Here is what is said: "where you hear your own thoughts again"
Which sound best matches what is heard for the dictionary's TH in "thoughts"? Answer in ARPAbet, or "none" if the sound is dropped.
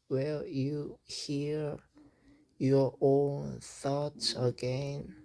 TH